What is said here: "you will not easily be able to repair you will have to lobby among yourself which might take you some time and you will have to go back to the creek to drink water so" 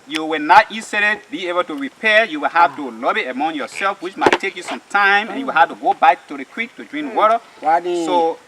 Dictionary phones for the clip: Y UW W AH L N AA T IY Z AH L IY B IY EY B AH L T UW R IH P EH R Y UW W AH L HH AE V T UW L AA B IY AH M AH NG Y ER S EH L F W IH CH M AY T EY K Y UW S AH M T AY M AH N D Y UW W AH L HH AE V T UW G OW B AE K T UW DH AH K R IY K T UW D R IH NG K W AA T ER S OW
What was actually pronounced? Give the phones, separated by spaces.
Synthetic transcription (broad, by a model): Y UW W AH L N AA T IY S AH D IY B IY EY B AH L T UW R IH P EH Y UW W AH L HH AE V T UW L AA B IY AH M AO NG Y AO S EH L F W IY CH M AY T EY K Y UW S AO M T AY M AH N Y UW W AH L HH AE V T UW G OW B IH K T UW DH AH K W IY K T UW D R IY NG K W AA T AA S OW